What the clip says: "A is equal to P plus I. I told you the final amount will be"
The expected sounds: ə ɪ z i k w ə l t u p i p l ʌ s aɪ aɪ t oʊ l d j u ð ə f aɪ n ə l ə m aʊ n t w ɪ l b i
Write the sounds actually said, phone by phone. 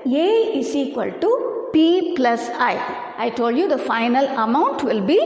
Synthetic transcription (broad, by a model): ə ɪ s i k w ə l t u p i p l ʌ s aɪ aɪ t oʊ l d j u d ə f aɪ n ə l ə m aʊ n t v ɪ l b i